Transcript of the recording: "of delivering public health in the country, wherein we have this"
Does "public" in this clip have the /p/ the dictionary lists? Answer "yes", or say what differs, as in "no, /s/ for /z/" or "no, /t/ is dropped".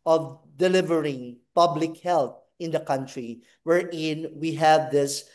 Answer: yes